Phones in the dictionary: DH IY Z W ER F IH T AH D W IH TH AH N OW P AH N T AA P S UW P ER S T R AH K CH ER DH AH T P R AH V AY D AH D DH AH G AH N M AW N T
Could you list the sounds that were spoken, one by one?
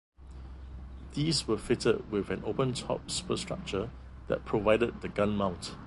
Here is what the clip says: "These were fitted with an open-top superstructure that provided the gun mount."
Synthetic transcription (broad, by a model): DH IY S W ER F IH T AH D W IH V AH N OW P AH N T AA P S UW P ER S T R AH K CH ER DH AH T P R AH V AY D AH D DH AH G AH N M AW N T